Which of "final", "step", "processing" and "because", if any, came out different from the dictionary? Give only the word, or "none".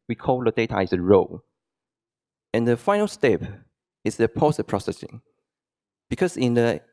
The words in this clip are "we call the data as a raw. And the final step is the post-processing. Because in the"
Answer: because